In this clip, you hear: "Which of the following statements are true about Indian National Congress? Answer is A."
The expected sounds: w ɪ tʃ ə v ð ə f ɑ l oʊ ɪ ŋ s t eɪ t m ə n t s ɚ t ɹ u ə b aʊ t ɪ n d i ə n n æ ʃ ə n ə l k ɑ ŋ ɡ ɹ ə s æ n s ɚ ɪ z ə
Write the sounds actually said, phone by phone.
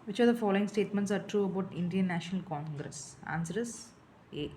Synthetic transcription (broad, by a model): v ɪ tʃ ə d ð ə f ɑ l oʊ ɪ ŋ s t eɪ t m ə n t s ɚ t ɹ u ə b aʊ t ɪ n d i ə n n æ ʃ ə n ə l k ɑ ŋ ɡ ɹ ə s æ n s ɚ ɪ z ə